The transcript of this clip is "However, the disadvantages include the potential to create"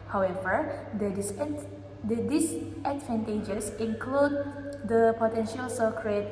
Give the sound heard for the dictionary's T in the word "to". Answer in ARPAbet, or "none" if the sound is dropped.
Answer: S